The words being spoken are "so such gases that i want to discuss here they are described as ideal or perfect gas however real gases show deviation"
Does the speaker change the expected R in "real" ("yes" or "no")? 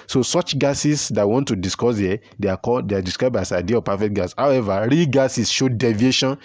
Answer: no